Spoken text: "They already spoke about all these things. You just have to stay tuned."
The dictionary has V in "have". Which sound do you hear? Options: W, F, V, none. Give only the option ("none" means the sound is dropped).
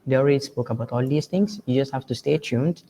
F